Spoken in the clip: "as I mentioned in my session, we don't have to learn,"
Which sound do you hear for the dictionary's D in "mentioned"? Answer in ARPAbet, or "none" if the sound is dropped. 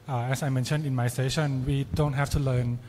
none